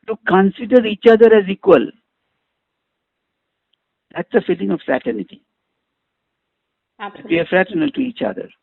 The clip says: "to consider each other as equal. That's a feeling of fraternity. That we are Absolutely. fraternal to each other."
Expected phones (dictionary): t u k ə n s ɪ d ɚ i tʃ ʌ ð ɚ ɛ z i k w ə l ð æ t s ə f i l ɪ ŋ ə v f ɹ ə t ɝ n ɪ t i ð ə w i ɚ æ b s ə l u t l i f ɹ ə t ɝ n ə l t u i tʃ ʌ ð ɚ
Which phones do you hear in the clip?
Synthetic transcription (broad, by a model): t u k ə n s ɪ d ɚ i tʃ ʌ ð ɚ ɛ z i k w ə l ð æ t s ə f i l ɪ ŋ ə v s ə t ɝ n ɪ t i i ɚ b ə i f ɹ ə t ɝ n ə l t u i tʃ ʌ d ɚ